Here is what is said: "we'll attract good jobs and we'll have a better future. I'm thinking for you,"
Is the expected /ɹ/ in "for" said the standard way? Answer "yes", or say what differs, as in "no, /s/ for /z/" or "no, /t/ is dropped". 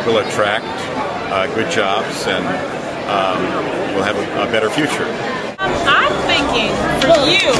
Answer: no, /l/ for /ɹ/